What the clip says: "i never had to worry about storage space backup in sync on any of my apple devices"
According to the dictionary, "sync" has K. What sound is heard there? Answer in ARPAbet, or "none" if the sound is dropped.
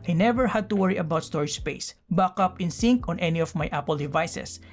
K